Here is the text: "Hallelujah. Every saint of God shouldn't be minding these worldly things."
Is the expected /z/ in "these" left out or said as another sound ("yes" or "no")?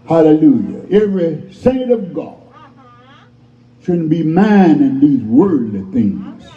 no